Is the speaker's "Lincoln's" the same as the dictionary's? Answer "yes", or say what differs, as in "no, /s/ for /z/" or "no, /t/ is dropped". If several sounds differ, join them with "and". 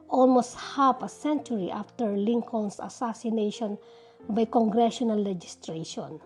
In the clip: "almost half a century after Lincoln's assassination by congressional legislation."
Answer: no, /s/ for /z/